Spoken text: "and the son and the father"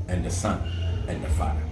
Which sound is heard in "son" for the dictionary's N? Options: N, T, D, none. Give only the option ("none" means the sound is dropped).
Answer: N